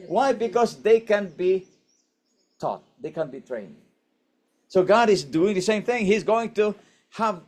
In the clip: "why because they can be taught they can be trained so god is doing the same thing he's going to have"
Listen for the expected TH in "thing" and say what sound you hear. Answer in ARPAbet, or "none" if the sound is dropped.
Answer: TH